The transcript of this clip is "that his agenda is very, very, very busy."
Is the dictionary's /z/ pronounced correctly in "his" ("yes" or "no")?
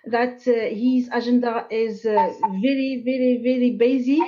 yes